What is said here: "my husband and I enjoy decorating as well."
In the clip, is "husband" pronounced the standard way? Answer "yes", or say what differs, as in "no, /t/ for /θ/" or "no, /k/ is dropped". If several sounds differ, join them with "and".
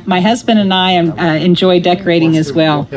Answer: yes